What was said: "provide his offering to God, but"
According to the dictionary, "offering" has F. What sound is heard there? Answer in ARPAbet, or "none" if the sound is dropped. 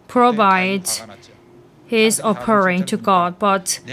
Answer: P